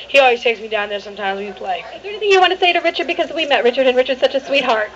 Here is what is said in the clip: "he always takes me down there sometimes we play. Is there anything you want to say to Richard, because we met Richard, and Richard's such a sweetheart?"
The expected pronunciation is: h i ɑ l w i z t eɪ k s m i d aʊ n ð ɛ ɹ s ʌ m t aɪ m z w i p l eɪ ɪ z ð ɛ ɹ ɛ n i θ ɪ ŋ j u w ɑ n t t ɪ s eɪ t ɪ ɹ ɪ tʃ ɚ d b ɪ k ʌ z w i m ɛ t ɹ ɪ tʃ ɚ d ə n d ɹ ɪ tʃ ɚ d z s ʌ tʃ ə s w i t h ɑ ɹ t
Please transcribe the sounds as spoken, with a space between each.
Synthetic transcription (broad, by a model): h i ɑ l w i z t eɪ k s m i d aʊ n ð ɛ ɹ s ʌ m t aɪ m z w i p l eɪ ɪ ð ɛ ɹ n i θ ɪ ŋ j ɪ w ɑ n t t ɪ s eɪ t ɪ ɹ ɪ tʃ ɚ d b ɪ k ʌ z w i m ɛ t ɹ ɪ tʃ ɚ d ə n ɹ ɪ tʃ ɚ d s ʌ tʃ ə s w i t h ɑ ɹ t